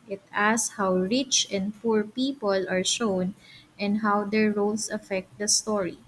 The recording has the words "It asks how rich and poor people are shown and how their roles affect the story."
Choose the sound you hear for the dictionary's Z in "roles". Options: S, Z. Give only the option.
S